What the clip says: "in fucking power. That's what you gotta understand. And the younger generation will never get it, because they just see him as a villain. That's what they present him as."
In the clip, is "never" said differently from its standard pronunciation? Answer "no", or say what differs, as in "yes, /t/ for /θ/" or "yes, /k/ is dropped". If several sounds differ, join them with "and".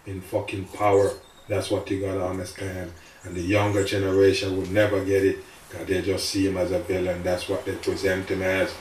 no